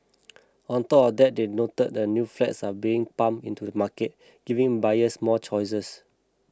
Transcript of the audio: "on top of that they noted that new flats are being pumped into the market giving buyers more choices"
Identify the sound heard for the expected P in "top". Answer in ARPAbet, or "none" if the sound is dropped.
none